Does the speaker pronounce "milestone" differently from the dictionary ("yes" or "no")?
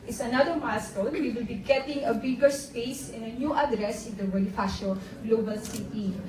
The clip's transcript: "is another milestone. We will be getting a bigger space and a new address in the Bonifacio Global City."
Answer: yes